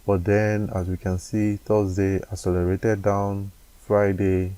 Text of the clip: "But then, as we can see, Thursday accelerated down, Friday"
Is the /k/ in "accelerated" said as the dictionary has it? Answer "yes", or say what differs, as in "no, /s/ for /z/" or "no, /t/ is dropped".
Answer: no, /k/ is dropped